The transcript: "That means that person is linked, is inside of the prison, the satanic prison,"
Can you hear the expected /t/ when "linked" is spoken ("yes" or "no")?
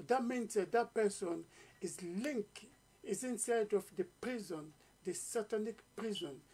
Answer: no